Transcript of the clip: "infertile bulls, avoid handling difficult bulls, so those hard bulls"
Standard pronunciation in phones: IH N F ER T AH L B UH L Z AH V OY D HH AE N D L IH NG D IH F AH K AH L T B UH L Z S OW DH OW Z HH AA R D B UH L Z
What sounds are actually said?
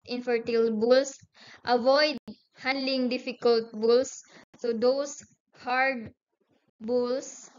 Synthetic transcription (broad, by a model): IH N F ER T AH L B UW L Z AH V OY D HH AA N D L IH NG D IH F AH K AH L T B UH L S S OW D OW S HH AA R D B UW L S